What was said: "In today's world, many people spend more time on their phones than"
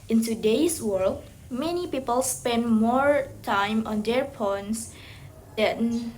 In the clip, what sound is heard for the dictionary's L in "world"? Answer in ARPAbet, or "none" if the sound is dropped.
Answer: L